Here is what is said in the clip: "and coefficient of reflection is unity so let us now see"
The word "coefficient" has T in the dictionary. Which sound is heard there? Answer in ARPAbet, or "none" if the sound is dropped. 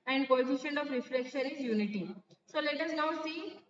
none